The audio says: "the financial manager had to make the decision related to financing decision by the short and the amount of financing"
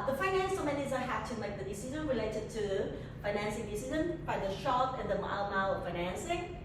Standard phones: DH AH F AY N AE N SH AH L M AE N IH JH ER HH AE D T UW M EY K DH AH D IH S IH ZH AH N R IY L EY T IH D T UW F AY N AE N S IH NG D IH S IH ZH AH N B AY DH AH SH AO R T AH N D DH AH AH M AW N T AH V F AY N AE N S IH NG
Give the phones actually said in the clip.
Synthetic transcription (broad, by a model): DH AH F AY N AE N S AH M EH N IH Z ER HH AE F T UW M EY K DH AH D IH S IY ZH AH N R IY L EY T IH D T UW F AY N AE N S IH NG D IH S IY Z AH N B AY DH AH SH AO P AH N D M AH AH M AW T F AY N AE N S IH NG